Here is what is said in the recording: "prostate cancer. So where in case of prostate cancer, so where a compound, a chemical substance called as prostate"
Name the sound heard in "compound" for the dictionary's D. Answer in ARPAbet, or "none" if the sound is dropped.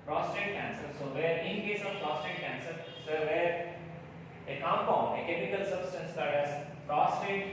none